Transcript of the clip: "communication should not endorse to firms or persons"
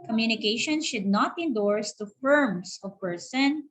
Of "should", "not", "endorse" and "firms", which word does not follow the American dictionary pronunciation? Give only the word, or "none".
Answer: firms